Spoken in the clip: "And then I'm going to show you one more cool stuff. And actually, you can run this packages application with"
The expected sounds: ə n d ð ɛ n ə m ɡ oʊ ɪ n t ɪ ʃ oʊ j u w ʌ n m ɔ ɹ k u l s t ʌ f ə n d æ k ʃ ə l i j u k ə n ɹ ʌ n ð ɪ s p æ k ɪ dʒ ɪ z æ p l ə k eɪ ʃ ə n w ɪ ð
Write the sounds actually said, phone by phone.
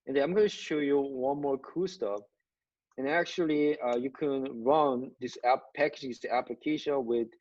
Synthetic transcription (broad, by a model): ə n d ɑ ə m ɡ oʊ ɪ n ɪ ʃ oʊ j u w ʌ n m ɔ ɹ k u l s t ʌ f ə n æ k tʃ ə l i j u k ə n ɹ ʌ n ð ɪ s p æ k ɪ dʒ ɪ s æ p l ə k eɪ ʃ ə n w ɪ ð